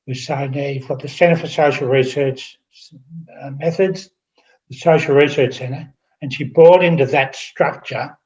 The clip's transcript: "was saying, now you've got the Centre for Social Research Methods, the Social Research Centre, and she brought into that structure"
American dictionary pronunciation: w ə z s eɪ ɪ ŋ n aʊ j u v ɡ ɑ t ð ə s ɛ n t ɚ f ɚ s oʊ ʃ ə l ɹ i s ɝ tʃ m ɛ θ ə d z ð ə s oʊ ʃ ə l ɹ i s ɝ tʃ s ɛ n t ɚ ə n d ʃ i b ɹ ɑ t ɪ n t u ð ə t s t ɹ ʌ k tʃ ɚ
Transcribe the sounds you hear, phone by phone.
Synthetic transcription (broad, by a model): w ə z s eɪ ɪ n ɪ j u v ɡ ɑ t ð ə s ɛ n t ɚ f ɚ s oʊ ʃ l ɹ i s ɝ tʃ m ɛ θ ə d z ð ə s oʊ ʃ l ɹ i s ɝ tʃ s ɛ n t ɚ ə n ʃ i b ɹ ɑ t ɪ n t u ð ə t s t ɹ ʌ k tʃ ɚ